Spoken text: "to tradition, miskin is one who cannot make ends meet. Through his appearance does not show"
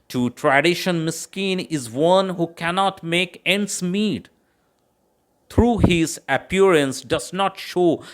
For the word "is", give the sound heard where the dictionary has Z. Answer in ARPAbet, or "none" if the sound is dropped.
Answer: Z